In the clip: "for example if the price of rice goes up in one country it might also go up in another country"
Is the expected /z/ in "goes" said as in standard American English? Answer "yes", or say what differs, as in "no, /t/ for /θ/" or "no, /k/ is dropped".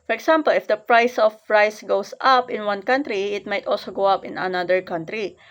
no, /s/ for /z/